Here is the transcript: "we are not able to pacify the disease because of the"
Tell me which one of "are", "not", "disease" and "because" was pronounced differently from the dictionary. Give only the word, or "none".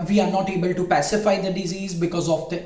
none